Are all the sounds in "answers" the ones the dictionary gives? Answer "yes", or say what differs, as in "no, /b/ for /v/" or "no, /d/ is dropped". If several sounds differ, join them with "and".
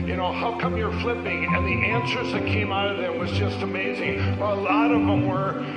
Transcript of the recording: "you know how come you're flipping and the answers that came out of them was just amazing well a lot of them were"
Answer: yes